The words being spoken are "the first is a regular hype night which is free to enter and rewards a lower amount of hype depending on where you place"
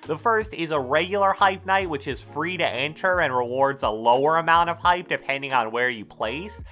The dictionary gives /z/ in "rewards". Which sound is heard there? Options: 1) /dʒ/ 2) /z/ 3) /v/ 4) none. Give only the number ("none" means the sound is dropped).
2